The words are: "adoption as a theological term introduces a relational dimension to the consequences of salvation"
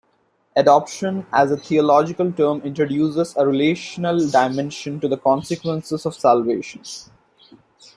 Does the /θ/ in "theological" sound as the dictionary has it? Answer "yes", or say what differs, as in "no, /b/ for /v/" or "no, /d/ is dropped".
no, /t/ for /θ/